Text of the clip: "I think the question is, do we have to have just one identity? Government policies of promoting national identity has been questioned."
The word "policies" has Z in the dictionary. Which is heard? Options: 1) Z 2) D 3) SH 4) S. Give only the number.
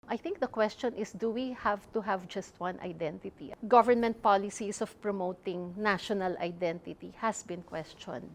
4